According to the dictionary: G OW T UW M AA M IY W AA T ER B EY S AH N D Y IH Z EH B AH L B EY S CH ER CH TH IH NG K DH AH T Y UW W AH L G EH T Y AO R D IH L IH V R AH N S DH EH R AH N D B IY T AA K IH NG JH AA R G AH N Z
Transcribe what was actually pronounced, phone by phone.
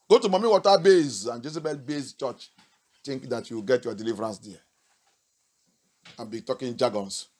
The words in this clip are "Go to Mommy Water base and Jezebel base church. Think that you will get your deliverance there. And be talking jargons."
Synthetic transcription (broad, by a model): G OW T UW M AA M IY W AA T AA B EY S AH N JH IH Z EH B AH L B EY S CH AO CH T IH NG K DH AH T Y UW W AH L G EH T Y AO D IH L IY V R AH N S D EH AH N B IY T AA K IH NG JH AA G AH N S